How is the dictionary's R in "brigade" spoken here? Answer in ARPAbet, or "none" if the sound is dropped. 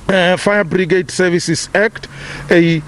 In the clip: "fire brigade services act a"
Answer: R